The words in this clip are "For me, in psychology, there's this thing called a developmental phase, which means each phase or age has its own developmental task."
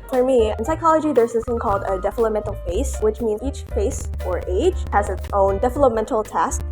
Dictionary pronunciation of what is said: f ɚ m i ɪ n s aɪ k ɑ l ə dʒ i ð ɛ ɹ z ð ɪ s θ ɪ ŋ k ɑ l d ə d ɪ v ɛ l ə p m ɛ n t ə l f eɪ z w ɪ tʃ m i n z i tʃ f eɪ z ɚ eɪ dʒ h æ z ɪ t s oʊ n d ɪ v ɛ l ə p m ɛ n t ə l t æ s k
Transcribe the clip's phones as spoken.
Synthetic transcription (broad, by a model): f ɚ m i ɪ n s aɪ k ɑ l ə dʒ i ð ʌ ɹ z ð ɪ s θ ɪ ŋ k ɑ l d ə d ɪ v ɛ l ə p m ɛ n t l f eɪ s w ɪ tʃ m i n z i tʃ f eɪ s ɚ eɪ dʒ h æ z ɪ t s oʊ n d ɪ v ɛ l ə p m ɛ n t l t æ s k